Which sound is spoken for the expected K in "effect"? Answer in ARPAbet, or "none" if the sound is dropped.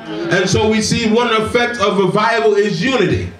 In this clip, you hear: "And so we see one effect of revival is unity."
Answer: K